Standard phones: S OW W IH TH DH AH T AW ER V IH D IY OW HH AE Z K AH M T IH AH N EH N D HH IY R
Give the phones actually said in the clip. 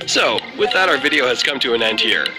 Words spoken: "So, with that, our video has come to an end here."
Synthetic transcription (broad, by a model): S OW W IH DH AH T AW ER V IH D IY OW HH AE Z K AH M T IH AH N EH N D HH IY R